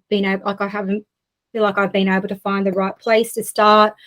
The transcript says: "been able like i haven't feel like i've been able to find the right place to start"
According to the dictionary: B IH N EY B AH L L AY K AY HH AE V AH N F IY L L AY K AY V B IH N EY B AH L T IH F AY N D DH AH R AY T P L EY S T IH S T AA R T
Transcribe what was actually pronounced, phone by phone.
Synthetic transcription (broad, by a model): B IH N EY AH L L AY K AY HH AE V AH N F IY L L AY K AY V B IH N EY B L T IH F AY N DH AH R AY T P L EY S T IH S T AA R T